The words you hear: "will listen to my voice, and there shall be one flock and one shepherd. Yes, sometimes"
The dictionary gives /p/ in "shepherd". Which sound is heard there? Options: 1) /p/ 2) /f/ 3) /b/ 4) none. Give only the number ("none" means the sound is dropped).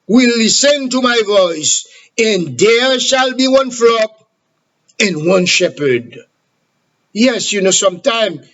1